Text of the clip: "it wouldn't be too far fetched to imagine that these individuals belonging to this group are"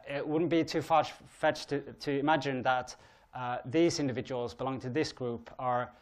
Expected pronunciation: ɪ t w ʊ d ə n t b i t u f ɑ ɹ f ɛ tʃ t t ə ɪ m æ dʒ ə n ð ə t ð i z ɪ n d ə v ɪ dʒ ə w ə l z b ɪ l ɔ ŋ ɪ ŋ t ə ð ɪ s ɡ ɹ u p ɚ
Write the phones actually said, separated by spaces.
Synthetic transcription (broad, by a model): ɪ t w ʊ d n b i t u f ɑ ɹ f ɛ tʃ t t ə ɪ m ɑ dʒ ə n ð ə t ð i z ɪ n d ə v ɪ dʒ ə w ə l z b ɪ l ɔ ŋ ɪ ŋ t ə ð ɪ s ɡ ɹ u p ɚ